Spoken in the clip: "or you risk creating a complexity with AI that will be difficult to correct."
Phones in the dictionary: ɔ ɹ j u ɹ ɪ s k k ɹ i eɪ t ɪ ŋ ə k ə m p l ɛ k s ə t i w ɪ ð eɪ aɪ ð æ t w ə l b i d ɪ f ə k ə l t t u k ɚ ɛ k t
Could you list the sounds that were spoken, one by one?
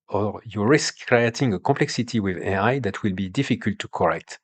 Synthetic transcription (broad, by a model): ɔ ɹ j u ɹ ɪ s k k ɹ i eɪ t ɪ ŋ ə k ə p l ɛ k s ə t i w ɪ ð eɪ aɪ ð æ t w ə l b i d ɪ f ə k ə l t t u k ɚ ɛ k t